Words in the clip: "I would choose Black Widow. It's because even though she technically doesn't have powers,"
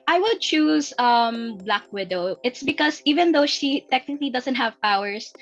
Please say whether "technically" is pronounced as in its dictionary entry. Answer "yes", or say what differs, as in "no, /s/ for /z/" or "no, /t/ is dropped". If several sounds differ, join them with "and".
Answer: yes